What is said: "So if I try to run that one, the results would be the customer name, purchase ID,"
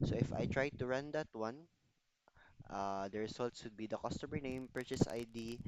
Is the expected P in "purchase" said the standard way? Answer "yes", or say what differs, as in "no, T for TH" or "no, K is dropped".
yes